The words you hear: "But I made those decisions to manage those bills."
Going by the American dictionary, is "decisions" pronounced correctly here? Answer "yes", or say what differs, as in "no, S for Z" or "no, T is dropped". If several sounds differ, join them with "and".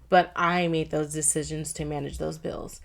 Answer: yes